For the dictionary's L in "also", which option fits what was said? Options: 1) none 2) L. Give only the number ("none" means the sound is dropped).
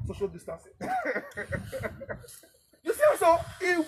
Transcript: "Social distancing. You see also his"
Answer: 1